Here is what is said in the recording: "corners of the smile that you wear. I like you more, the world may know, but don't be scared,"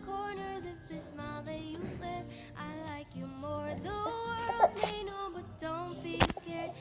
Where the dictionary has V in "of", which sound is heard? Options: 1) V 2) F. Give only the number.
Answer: 2